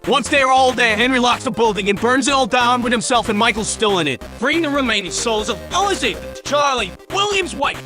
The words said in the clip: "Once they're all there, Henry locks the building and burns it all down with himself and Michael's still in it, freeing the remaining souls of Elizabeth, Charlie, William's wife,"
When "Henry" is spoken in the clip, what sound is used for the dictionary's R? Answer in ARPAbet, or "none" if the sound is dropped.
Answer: R